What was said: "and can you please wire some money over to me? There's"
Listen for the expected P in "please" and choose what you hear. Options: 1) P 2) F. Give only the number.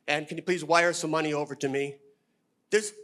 1